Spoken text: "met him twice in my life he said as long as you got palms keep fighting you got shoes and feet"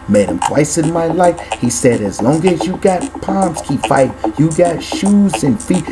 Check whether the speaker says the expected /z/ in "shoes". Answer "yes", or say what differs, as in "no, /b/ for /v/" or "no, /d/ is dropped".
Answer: yes